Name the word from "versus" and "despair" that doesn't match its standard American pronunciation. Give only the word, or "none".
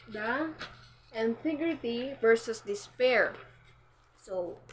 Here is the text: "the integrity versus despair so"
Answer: none